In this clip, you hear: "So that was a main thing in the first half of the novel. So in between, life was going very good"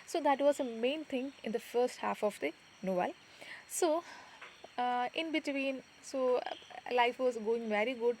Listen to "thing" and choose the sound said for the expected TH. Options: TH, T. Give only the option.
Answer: T